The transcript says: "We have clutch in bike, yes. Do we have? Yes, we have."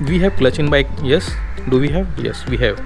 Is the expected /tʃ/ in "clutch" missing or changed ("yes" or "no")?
no